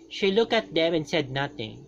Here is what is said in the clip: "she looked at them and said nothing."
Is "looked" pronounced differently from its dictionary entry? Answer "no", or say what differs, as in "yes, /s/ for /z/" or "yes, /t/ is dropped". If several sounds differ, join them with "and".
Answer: yes, /t/ is dropped